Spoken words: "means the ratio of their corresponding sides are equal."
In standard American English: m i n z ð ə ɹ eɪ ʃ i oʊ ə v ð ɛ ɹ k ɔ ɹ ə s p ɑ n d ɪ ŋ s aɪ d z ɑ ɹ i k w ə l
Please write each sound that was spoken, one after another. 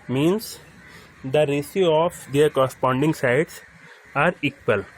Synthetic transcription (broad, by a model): m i n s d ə ɹ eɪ s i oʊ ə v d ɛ ɹ k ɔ ɹ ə s p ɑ n d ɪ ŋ s aɪ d s ɑ ɹ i k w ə l